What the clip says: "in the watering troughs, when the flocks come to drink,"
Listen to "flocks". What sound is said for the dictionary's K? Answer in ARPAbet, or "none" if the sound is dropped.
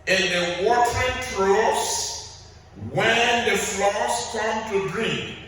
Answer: none